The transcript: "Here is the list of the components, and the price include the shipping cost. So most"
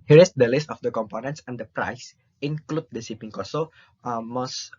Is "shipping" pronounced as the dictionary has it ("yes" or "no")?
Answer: no